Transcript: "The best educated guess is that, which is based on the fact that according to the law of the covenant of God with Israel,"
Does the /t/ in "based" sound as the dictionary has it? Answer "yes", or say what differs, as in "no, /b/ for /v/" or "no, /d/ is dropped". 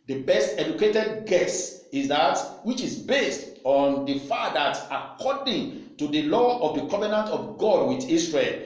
yes